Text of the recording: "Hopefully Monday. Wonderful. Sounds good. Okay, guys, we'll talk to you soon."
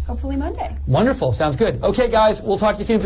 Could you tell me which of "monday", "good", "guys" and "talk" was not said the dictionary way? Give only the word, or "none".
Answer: none